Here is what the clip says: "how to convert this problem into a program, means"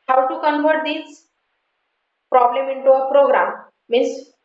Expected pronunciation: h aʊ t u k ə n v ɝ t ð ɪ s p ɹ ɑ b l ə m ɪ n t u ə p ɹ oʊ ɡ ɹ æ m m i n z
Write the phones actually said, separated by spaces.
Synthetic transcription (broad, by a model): h aʊ t u k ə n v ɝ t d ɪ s p ɹ ɑ b l ə m ɪ n t u ə p ɹ oʊ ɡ ɹ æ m m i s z